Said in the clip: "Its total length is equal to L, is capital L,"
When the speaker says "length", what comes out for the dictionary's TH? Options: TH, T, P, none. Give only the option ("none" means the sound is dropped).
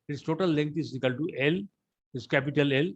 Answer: T